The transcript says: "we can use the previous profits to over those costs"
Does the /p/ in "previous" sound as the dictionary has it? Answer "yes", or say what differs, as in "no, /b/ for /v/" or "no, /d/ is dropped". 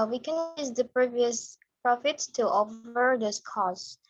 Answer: yes